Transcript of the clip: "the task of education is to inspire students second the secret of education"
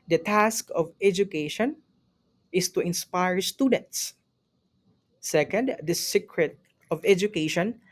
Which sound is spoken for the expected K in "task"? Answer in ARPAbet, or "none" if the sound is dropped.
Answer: K